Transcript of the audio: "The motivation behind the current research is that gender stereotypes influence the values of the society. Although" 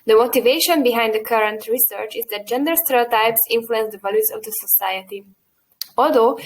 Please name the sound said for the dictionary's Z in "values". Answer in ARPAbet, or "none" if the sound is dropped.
S